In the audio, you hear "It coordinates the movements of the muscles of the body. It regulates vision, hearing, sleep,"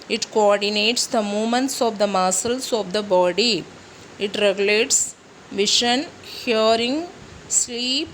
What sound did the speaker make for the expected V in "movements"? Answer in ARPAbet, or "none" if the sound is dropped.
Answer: none